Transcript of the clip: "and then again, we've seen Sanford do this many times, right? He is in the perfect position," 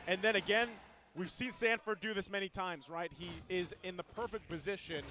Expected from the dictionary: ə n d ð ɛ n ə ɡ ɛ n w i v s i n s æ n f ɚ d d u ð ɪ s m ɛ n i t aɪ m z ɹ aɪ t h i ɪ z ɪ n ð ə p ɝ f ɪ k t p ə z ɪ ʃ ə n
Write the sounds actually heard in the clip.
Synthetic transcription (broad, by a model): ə n ð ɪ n ə ɡ ɛ n w i v s i n s æ n f ɚ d d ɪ ð ɪ s m ɛ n i t aɪ m z ɹ aɪ t h i ɪ z ɪ n ð ə p ɝ f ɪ k p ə z ɪ ʃ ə n